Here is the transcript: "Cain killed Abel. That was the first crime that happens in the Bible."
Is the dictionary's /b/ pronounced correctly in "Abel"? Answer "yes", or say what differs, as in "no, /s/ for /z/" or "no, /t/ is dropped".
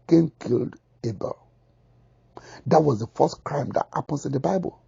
yes